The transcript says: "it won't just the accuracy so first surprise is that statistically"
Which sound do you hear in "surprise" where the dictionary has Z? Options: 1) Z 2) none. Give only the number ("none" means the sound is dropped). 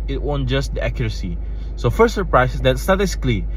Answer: 2